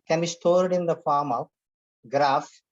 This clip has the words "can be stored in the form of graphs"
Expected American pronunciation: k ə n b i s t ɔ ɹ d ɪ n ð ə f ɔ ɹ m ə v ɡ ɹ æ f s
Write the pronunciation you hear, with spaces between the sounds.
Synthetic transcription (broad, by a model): k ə n b i s t ɔ ɹ d ɪ n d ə f ɔ ɹ m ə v ɡ ɹ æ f